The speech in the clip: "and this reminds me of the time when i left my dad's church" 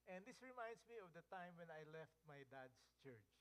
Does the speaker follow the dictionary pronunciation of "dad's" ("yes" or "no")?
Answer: no